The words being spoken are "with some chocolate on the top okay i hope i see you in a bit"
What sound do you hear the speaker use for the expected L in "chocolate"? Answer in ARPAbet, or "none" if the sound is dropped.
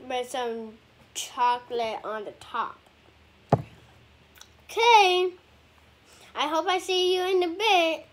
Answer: L